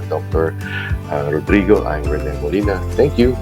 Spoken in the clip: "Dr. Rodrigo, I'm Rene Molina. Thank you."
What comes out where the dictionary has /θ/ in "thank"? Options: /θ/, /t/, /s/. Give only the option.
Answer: /t/